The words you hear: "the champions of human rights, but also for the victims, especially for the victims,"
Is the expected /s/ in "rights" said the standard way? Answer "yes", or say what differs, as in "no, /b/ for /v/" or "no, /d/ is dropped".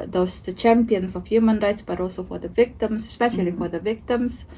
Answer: yes